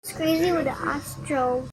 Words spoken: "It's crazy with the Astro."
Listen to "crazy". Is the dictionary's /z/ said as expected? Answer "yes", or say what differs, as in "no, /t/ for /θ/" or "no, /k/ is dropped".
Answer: yes